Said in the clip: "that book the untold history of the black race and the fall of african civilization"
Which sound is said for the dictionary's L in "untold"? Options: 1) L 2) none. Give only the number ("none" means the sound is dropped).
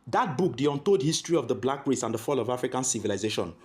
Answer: 2